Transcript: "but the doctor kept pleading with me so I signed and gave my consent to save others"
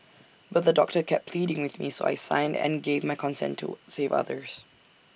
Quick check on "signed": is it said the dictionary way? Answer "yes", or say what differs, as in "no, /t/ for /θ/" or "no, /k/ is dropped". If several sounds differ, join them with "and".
yes